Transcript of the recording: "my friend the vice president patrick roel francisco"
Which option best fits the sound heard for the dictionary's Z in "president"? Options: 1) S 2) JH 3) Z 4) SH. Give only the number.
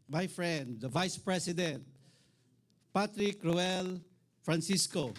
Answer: 1